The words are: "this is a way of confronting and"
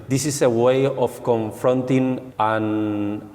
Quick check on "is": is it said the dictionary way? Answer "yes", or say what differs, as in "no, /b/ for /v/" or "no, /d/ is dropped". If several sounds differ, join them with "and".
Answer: no, /s/ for /z/